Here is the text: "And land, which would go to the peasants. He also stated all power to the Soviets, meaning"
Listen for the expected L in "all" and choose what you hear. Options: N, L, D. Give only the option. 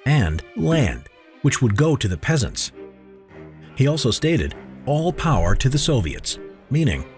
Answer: L